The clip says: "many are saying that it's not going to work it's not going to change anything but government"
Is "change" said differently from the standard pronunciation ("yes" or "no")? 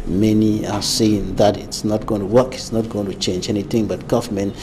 no